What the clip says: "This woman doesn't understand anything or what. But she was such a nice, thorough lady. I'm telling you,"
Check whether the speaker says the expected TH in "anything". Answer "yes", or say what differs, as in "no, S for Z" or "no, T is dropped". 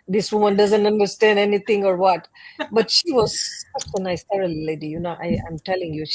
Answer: no, T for TH